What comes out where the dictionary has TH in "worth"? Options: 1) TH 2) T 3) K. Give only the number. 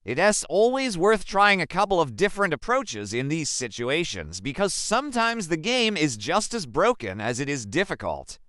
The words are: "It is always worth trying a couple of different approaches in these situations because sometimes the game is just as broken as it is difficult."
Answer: 1